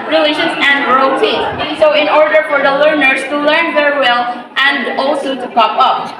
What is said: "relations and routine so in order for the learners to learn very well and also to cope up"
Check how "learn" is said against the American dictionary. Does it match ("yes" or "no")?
yes